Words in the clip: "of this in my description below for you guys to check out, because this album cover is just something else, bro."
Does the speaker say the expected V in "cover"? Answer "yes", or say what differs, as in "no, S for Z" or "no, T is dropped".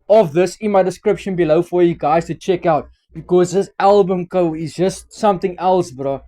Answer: no, V is dropped